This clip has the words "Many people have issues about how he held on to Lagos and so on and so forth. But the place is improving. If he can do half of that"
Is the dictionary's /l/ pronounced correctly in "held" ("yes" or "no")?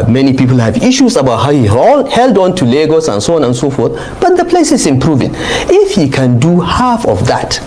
yes